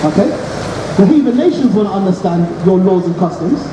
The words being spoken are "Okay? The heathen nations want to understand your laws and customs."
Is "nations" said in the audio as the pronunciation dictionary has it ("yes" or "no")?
yes